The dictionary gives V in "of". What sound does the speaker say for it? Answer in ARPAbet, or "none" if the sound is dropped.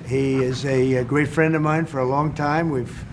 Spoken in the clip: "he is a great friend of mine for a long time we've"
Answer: V